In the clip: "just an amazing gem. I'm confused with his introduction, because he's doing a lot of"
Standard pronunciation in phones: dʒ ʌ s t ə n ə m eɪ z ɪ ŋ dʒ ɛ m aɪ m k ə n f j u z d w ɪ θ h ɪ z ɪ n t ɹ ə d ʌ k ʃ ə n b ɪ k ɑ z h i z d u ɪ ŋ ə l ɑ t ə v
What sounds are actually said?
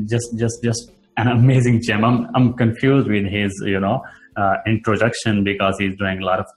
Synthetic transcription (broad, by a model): dʒ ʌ s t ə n ə m eɪ z ɪ ŋ tʃ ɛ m aɪ m k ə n f j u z d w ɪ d h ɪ z ɪ n t ɹ ə d ʌ k ʃ ə n b ɪ k ɑ z h i z d u ɪ ŋ ə l ɑ t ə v